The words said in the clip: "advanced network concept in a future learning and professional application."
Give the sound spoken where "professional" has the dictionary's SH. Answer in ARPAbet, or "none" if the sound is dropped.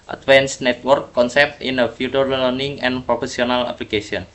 S